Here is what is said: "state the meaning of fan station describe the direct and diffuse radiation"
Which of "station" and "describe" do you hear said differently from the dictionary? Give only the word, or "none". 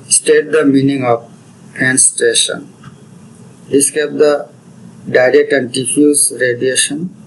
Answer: describe